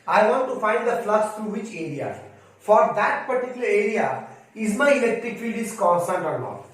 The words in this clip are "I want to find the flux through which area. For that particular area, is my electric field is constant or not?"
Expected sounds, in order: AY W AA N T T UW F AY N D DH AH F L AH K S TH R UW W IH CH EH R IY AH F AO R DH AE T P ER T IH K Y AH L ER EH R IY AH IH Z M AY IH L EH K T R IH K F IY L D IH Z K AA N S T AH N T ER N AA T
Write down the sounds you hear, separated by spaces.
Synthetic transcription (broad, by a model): AY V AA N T T UW F AY N D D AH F L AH S T R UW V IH CH EH R IY AH F AO R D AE T P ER T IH K Y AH L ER EH R IY AH IH Z M AY IH L EH K T R IH K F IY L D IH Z K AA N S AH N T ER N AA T